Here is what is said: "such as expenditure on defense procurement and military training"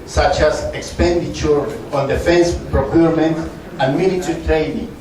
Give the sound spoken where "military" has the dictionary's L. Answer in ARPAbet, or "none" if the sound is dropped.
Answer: N